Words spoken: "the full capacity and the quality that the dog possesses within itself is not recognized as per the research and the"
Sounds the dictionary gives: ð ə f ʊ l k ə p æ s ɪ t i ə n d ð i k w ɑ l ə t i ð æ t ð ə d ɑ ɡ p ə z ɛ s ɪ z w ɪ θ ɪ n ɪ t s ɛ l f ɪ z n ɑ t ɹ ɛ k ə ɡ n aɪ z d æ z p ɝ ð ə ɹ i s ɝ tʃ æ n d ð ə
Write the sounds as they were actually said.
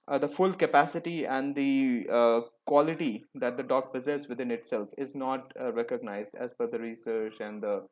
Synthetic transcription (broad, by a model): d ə f ʊ l k ə p æ s ɪ t i ə n d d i k w ɑ l ə t i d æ t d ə d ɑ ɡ p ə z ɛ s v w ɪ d ɪ n ɪ t s ɛ l f ɪ z n ɑ t ɹ ɛ k ə ɡ n aɪ z d æ z f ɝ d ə ɹ i s ɝ tʃ æ n d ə